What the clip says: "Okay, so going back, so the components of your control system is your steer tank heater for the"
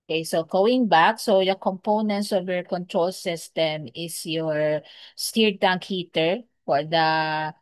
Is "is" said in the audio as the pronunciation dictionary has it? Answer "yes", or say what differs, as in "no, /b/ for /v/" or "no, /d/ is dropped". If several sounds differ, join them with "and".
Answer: no, /s/ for /z/